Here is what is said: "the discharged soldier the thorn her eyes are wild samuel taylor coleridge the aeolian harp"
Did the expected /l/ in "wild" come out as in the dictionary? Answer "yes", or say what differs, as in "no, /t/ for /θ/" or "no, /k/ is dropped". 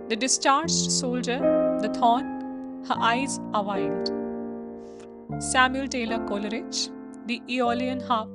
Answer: no, /n/ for /l/